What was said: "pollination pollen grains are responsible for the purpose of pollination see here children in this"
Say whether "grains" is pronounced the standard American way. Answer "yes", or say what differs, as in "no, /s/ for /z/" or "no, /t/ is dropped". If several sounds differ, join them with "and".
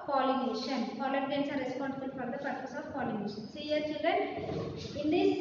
no, /ɹ/ is dropped and /s/ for /z/